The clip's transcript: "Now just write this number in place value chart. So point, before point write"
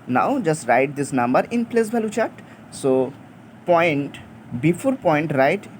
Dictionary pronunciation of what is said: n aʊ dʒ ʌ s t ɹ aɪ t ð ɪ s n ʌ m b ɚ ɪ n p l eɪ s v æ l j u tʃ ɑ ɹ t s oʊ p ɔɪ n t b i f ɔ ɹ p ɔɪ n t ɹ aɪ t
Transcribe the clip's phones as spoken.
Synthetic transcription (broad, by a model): n aʊ dʒ ʌ s t ɹ aɪ t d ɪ s n ʌ m b ɚ ɪ n p l eɪ s b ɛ l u tʃ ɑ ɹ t s oʊ p ɔɪ n t b i f ɔ ɹ p ɔɪ n t ɹ aɪ t